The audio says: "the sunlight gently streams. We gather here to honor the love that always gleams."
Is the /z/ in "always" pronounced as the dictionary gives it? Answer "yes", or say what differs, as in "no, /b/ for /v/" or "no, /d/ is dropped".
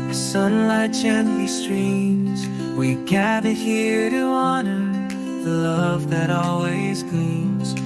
yes